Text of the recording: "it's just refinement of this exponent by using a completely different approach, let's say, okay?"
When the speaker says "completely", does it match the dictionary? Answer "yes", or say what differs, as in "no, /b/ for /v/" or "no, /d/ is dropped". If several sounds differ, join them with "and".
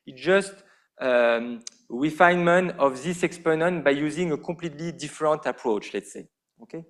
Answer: no, /m/ is dropped